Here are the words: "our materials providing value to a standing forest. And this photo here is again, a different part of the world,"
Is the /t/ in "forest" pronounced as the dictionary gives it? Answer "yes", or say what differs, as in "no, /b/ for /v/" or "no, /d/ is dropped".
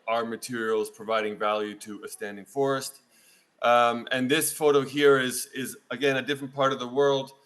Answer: yes